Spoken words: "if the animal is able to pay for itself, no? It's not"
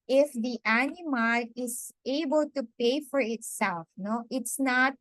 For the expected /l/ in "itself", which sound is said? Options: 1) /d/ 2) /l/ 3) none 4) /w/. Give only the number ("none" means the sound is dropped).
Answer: 2